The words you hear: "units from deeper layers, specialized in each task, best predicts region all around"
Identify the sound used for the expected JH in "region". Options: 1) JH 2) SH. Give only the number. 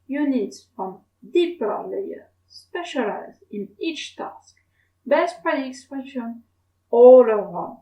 2